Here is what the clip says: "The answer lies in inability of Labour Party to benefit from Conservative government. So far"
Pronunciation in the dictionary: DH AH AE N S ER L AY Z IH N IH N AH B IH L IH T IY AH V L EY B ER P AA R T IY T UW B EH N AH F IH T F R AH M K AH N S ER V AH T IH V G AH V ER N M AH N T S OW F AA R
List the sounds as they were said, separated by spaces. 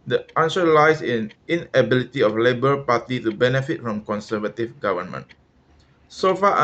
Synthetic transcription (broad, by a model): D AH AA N SH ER L AY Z IH N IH N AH B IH L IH T IY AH F L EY B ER P AA T IY T UW B EH N AH F IH T F R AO M K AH N S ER V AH T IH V G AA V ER N M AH N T S OW F AA